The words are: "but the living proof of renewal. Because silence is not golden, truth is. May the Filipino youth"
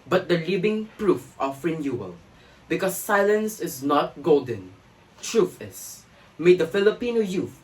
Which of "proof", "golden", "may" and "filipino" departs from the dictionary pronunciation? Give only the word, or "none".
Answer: none